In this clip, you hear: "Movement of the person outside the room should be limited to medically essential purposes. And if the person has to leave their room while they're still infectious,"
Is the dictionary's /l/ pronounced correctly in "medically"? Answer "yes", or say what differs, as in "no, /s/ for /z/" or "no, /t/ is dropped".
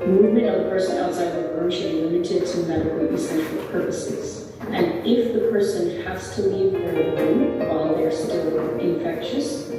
no, /n/ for /l/